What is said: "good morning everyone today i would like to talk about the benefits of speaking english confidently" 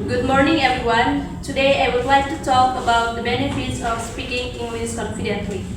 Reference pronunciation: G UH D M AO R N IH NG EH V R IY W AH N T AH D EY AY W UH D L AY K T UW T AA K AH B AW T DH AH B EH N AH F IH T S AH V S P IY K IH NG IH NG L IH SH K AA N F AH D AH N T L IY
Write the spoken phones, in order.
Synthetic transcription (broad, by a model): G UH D M AO R N IH NG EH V R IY W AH N T AH D EY AY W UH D L AY K T UW T AA K AH B AW T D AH B EH N AH F IH T S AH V S P IY K IH NG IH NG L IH S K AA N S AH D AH N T L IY